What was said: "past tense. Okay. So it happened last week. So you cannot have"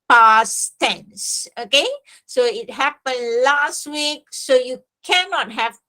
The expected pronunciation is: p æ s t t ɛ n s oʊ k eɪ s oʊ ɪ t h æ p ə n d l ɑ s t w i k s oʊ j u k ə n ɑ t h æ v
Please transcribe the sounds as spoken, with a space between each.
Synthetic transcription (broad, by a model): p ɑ s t t ɛ n s oʊ k eɪ s oʊ ɪ t h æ p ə n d l ɑ s t w i k s oʊ j u k ə n ɑ t h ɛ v